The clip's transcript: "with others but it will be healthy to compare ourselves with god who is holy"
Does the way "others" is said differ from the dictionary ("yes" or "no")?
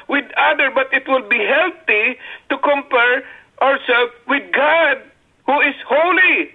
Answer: yes